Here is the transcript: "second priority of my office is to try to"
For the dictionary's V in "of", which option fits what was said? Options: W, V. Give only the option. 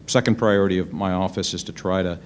V